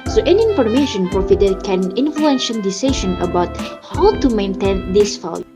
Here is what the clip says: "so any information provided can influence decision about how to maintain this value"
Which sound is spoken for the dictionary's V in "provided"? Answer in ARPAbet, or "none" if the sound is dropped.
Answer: F